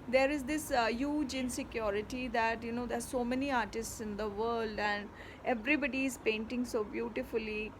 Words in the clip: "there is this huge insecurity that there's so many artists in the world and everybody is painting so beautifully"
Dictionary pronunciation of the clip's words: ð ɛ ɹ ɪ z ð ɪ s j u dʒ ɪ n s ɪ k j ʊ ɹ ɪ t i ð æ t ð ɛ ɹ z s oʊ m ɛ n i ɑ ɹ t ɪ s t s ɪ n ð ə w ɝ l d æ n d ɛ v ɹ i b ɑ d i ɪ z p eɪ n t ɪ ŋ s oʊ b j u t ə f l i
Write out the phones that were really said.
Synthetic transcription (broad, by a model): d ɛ ɹ ɪ z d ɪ s j u dʒ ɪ n s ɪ k j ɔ ɹ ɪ t i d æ t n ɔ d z s oʊ m ɛ n i ɑ ɹ t ɪ s t s ɪ n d ə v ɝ l d æ n d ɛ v ɹ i b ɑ d i ɪ z p eɪ n t ɪ ŋ s oʊ b j u t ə f l i